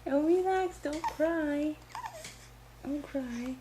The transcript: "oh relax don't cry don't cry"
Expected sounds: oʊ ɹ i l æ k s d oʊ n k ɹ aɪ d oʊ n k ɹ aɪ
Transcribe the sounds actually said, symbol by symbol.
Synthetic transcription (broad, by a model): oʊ w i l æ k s d oʊ n k ɹ aɪ d oʊ n k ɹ aɪ